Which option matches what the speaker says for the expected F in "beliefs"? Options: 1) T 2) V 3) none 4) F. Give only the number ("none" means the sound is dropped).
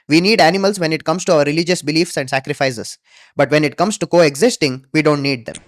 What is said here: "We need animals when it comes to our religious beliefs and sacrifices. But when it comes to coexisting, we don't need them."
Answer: 4